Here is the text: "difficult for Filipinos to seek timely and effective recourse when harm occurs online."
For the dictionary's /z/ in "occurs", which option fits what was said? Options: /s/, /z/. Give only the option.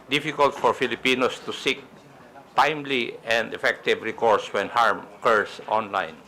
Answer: /s/